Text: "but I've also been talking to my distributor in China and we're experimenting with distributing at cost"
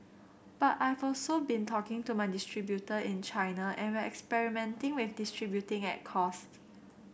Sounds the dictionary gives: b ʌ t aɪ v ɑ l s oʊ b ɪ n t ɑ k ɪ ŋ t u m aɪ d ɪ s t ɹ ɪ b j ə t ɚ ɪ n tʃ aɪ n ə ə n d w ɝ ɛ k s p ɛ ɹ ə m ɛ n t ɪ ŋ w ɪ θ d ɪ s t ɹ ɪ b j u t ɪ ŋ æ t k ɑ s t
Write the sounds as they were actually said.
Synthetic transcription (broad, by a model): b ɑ t aɪ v ɑ l s oʊ b ɪ n t ɑ k ɪ ŋ t u m aɪ d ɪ s t ɹ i b j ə t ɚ ɪ n tʃ aɪ n ə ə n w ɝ ɛ k s p ɛ ɹ ə m ɛ n t ɪ ŋ w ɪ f d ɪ s t ɹ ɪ b j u t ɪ ŋ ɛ t k ɑ s t